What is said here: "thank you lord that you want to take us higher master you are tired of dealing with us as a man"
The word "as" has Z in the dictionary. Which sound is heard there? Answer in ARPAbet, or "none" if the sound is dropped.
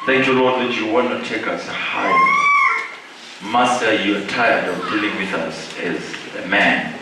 Z